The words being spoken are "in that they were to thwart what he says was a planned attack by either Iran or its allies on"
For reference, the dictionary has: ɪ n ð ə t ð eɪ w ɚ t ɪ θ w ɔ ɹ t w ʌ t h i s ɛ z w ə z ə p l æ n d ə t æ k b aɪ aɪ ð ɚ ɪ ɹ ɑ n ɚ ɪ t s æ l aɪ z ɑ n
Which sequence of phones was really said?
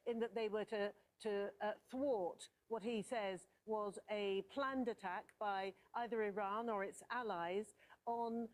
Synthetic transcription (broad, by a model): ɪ n ð ə t ð eɪ w ɚ t ɪ θ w ɔ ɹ t w ʌ t h i s ɛ z w ə z ə p l æ n d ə t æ k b aɪ aɪ ð ɚ ɪ ɹ ɑ n ɚ ɪ t s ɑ l aɪ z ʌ n